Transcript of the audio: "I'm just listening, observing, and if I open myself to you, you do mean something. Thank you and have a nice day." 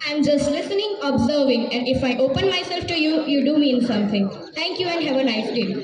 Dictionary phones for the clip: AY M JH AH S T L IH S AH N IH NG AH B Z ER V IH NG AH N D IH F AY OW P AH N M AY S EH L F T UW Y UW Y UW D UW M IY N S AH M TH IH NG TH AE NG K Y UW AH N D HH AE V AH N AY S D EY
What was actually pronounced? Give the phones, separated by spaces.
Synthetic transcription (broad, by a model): AY M JH AH S T L IH S AH N IH NG AH B Z ER V IH NG AH N D IH F AY OW P AH N M AY S EH L F T UW Y UW Y UW D UW M IY N S AH M T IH NG T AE NG K Y UW AH N D HH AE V AH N AY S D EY